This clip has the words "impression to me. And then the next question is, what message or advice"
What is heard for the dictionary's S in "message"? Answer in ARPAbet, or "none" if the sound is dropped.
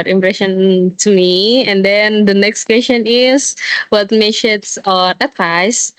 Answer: SH